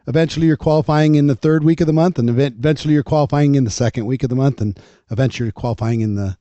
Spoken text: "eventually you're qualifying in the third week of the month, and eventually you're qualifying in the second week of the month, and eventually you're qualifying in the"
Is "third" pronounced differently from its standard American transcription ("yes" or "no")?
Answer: no